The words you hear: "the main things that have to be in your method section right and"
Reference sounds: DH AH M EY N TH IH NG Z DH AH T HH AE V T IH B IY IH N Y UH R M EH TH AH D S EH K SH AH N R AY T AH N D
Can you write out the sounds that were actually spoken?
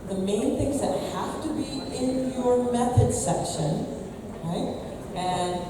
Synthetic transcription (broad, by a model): DH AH M EY N TH IH NG Z DH AH T HH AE F T IH B IY IH N Y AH R M EH TH AH D S EH K SH AH N R AY T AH N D